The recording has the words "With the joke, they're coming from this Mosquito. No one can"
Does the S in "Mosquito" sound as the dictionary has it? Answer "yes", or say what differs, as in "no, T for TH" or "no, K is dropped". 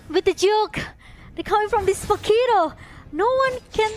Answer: no, S is dropped